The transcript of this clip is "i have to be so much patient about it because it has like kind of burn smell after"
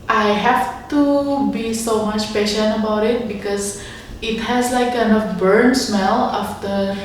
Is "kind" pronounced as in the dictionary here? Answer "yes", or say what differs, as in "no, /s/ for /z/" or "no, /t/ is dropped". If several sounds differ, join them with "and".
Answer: no, /d/ is dropped